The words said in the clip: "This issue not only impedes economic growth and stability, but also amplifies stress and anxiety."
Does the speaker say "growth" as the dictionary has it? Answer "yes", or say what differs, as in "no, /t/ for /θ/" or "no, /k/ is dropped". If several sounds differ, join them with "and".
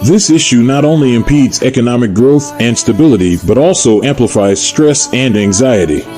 yes